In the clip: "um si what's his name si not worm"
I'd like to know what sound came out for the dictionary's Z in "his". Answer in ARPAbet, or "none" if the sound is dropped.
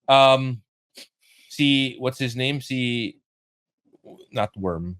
Z